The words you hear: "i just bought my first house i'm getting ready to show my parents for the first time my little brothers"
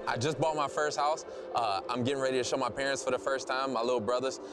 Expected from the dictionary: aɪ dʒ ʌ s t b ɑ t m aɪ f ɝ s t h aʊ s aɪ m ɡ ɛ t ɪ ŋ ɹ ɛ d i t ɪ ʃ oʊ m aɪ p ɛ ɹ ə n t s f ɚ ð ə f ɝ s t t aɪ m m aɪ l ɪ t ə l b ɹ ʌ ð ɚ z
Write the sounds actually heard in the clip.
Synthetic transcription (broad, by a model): aɪ dʒ ʌ s b ɑ t m aɪ f ɝ s t h aʊ s aɪ m ɡ ɛ t ɪ ŋ ɹ ɛ d i t ɪ ʃ oʊ m aɪ p ɛ ɹ ə n t s f ɚ ð ə f ɝ s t t aɪ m m aɪ l ɪ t l b ɹ ʌ ð ɚ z